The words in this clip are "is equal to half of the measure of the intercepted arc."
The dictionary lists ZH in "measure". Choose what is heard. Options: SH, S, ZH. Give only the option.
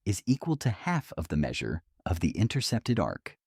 ZH